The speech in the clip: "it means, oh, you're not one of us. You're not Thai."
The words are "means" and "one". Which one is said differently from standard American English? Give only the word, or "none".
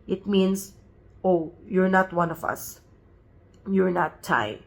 means